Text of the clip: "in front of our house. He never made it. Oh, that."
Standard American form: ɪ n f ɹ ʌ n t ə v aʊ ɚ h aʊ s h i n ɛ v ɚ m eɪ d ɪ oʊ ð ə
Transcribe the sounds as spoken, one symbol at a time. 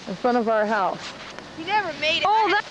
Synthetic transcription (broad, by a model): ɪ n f ʌ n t ə v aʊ ɚ h aʊ s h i n ɛ v ɚ m eɪ d ɪ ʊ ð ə